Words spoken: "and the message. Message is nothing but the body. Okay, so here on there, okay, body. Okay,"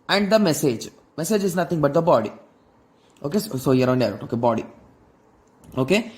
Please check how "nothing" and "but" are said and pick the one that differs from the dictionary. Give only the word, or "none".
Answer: nothing